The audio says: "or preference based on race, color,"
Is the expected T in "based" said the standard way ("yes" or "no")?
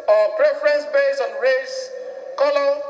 no